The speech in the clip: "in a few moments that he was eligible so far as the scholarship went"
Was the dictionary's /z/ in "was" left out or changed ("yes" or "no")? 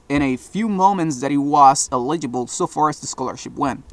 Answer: yes